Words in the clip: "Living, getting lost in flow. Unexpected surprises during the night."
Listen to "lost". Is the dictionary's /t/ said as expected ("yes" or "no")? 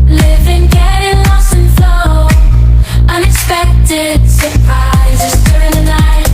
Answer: no